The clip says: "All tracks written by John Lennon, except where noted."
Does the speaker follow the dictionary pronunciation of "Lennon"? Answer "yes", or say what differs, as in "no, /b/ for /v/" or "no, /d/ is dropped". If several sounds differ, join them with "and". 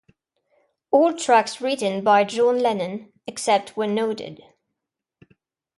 yes